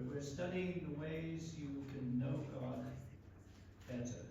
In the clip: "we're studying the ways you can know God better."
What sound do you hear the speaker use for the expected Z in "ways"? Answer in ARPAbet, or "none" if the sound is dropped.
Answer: Z